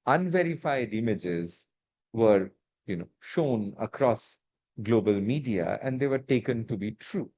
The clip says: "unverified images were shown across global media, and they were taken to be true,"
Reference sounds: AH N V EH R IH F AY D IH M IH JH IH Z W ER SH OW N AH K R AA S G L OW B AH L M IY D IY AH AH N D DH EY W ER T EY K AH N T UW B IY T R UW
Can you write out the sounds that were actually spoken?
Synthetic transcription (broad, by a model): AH N V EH R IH F AY D IH M IH JH IH Z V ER SH OW N AH K R AA S G L OW B AH L M IY D IY AH AH N D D EY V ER T EY K AH N T UW B IY T R UW